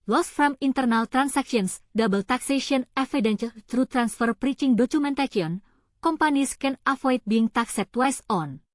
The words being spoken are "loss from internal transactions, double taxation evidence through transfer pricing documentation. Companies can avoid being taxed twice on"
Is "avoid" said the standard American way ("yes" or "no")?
no